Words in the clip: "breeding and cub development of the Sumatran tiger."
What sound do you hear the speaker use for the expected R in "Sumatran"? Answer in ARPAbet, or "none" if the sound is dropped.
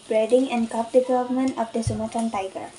none